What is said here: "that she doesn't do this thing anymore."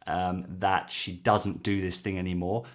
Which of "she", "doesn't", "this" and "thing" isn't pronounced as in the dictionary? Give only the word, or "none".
none